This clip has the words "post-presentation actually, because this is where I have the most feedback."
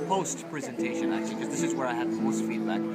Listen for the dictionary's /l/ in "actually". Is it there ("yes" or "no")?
no